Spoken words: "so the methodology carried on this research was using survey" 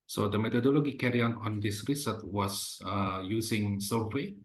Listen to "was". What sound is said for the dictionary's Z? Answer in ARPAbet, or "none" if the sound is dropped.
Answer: S